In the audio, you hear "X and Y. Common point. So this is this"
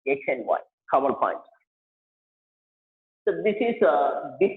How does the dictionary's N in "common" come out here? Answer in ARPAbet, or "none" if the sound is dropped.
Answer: L